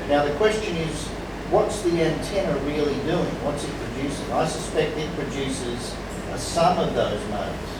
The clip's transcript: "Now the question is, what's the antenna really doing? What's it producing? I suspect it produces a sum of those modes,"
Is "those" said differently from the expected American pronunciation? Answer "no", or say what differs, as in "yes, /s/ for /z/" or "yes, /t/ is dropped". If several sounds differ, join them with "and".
no